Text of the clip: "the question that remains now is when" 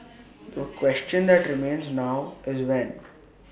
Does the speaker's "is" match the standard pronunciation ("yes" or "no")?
yes